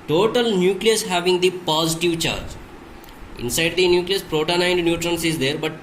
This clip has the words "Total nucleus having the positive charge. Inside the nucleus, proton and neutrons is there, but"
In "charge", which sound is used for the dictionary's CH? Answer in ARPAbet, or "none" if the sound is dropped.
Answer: CH